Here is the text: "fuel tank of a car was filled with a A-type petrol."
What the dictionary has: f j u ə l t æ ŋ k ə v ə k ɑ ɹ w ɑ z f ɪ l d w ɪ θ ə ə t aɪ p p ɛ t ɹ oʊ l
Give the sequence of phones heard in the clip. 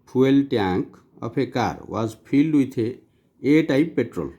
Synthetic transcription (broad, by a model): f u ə l t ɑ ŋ k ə p ə k ɑ ɹ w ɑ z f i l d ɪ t ə ə t aɪ p p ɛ t ɹ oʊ l